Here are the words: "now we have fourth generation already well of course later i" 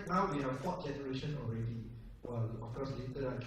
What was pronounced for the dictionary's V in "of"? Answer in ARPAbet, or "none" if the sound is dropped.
F